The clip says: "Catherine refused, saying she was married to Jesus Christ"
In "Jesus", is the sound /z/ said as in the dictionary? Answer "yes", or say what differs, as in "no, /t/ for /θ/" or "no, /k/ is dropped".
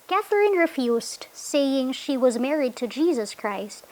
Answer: yes